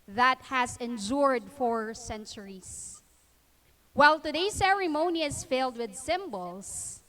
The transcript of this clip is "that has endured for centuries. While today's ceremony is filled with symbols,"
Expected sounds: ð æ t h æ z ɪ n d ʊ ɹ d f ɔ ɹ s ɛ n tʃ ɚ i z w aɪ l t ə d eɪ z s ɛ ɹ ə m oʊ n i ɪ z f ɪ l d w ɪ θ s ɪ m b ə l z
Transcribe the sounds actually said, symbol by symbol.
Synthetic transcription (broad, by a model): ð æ t h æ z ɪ n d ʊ ɹ d f ɔ ɹ s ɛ n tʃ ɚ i s w aɪ l t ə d eɪ s ɛ ɹ ə m oʊ n i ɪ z f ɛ l d w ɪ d s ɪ m b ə l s